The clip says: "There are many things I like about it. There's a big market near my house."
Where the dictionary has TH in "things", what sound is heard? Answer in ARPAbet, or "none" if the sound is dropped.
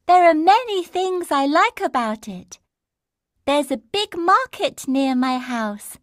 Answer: TH